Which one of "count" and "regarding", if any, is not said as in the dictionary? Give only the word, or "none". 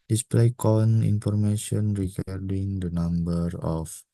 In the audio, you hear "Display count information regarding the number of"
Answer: count